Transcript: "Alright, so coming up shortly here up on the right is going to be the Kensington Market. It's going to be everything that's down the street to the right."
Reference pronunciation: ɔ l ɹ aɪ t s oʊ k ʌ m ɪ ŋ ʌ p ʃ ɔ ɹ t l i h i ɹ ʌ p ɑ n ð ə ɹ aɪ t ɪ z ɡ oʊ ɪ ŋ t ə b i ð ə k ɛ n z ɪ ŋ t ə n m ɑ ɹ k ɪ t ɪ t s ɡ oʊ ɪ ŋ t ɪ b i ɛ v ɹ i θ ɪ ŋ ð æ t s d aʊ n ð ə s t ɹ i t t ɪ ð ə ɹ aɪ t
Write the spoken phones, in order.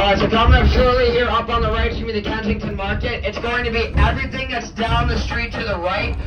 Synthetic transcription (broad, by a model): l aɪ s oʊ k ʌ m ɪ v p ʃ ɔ ɹ l i h i ɹ ʌ p n ð ə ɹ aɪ ɪ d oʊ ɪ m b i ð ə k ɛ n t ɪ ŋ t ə n m ɑ ɹ k ɪ t ɪ t s ɡ oʊ ɪ ŋ t ɪ b i ɛ v ɹ i θ ɪ ŋ ð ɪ t s d aʊ n ð ə s t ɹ i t t ɪ ð ə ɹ aɪ t